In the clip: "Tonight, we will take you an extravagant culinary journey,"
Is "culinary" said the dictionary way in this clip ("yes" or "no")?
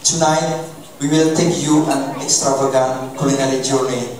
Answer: no